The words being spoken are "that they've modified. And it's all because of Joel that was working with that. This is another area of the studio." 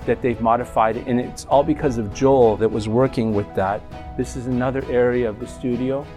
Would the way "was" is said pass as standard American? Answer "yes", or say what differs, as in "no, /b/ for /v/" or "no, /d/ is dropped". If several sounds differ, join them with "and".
yes